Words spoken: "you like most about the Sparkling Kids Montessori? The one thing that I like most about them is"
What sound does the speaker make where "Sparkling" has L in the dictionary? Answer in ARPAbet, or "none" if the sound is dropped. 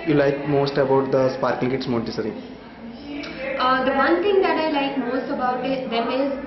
none